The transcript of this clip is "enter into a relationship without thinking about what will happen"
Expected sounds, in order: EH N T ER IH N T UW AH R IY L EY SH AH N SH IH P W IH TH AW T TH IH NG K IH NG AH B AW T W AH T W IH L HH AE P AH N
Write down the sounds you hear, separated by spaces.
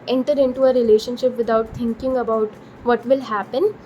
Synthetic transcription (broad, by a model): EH N T ER IH N T UW AH R IY L EY SH AH N SH IH P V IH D AW T T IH NG K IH NG AH B AW T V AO T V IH L HH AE P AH N